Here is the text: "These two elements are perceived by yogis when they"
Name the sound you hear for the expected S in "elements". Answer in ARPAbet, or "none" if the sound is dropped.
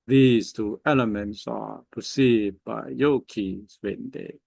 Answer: S